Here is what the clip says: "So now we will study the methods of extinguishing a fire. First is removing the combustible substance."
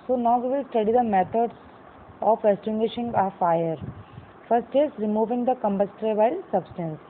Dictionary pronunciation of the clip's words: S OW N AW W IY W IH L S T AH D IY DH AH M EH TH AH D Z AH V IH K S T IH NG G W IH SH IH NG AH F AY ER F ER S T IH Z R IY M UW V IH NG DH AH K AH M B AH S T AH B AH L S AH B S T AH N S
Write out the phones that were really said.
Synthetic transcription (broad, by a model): S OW N AW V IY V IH L S T AH D IY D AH M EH T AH D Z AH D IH S T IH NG G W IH SH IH NG AH F AY ER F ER S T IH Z R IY M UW V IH NG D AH K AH M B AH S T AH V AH L S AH B S T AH N S